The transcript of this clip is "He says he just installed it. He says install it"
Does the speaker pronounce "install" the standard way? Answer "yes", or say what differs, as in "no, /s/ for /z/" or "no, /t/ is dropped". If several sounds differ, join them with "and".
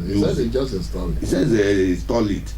no, /n/ is dropped